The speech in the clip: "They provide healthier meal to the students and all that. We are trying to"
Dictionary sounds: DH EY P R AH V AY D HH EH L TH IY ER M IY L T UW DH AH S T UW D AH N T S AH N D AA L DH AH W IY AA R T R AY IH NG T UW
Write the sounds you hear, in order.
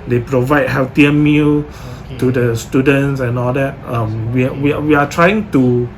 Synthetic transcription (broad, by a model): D EY P R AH V AY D HH EH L T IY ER M IY L T UW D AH S T UW D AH N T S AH N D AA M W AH W IY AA W T R AY IH NG T UW